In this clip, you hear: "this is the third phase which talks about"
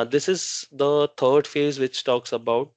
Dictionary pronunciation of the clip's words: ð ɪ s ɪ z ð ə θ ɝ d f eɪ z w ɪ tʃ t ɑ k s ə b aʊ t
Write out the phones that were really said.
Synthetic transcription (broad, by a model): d ɪ s ɪ z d ə t ɝ d f eɪ z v ɪ tʃ t ɑ k s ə b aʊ t